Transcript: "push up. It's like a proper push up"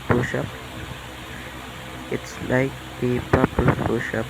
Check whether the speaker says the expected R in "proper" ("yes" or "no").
no